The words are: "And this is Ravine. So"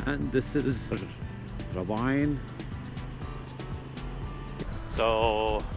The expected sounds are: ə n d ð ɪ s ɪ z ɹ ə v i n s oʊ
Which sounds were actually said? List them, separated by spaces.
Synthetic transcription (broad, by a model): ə n ð ɪ s ɪ z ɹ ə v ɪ n s oʊ